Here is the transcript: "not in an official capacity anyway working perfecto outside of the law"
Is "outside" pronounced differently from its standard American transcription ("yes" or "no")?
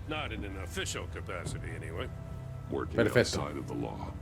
yes